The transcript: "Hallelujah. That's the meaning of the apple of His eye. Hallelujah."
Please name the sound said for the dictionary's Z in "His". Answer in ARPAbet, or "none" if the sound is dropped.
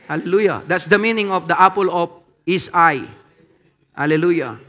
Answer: S